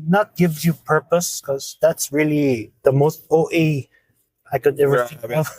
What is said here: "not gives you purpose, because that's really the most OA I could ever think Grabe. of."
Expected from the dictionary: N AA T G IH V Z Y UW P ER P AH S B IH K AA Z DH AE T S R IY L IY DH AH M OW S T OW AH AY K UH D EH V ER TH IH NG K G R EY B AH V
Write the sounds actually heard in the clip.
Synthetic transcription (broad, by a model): N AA T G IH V Y UW P ER P AH S K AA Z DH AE T S R IY L IY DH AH M OW S T OW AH AY K UH D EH V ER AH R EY AH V